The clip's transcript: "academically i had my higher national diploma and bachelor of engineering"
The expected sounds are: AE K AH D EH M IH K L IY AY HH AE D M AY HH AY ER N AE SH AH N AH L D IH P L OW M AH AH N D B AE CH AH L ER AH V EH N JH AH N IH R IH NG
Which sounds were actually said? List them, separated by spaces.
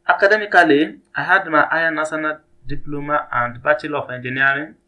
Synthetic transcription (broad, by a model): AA K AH D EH M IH K L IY AY HH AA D M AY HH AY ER N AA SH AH N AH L D IH P L OW M AH AH N D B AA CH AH L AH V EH N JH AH N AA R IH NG